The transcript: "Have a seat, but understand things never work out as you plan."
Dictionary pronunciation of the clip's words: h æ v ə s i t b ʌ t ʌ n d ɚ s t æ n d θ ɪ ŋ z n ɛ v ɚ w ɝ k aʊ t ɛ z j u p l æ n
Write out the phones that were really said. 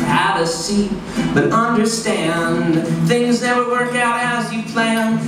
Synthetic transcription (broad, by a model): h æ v ə s i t b ʌ t ʌ n d ɚ s t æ n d θ ɪ ŋ z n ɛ w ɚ w ɝ k aʊ t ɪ z j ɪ p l æ n